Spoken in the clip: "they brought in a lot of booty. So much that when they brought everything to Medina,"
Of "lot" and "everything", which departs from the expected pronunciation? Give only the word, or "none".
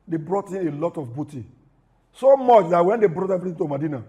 everything